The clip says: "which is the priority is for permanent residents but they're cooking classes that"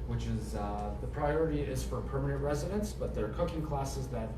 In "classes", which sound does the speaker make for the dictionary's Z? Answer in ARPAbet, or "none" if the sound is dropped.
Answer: Z